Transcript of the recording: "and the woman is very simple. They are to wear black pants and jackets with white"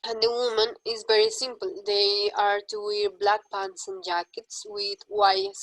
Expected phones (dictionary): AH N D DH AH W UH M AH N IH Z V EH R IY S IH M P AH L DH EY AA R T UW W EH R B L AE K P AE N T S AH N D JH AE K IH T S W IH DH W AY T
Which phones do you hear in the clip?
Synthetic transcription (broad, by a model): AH N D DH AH W UH M AH N IH Z V EH R IY S IH M P AH L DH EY AA R T UW W EH R B L AE K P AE N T S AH N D JH AE K IH T S W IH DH W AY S